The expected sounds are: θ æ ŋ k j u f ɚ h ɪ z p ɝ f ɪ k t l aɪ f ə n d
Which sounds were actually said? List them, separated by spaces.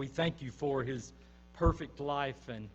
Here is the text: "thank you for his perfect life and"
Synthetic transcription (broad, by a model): θ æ ŋ k j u f ɚ ɪ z p ɝ f ɪ k t l aɪ f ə n